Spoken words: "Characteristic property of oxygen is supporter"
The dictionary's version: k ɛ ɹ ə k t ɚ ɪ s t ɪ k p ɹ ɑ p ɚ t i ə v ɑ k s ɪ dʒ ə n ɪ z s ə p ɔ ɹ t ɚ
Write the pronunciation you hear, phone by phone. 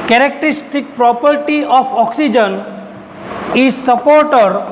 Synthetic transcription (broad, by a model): k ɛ ɹ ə k t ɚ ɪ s t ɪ k p ɹ ɑ p ɚ t i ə p ɑ k s ɪ dʒ ə n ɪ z s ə p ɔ ɹ t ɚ